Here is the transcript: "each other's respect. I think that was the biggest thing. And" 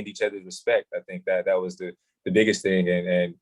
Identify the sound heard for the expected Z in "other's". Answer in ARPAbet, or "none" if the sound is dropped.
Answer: Z